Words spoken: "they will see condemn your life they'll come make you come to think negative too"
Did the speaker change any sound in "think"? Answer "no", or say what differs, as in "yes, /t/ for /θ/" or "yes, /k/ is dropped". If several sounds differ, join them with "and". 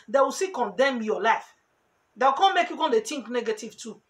yes, /t/ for /θ/